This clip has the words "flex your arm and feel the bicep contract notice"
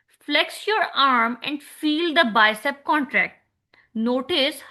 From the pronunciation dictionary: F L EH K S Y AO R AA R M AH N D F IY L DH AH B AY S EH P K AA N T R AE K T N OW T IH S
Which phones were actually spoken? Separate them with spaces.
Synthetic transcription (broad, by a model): F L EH K S Y AO R AA R M AH N D F IY L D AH B AY S EH P K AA N T R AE K T N OW T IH S